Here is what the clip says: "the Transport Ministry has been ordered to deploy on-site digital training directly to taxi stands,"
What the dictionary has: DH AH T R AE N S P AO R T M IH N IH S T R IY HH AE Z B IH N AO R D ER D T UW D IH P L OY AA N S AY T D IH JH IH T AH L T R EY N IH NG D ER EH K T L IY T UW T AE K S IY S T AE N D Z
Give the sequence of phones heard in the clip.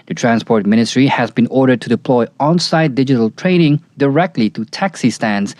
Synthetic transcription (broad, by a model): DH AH T R AE N S P AO R T M IH N IH S T R IY HH AE Z B IH N AO R D ER D T UW D IH P L OY AA N S AY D D IH JH IH T AH L T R EY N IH NG D ER EH K T L IY T UW T AE K S IY S T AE N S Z